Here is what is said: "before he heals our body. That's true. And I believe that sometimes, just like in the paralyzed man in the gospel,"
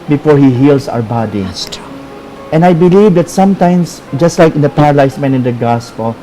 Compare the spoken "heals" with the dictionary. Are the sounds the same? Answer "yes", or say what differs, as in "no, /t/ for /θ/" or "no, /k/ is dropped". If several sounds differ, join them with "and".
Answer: no, /s/ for /z/